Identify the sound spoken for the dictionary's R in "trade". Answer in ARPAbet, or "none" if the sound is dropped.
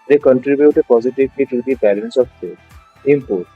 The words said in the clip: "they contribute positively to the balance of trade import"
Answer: none